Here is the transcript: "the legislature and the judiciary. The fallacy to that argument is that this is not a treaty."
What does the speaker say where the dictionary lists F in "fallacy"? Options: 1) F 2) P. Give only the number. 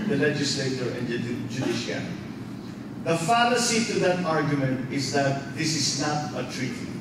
1